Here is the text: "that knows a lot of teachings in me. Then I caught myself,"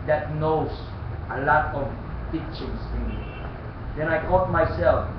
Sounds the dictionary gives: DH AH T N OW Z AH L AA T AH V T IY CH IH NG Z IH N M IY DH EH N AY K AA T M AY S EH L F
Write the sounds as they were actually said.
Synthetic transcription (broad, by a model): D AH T N OW S AH L AA T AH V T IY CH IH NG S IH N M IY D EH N AY K AA T M AY S EH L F